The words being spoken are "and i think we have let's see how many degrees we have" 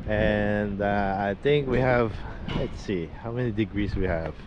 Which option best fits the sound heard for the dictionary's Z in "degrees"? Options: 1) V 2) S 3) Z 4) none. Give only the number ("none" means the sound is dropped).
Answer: 2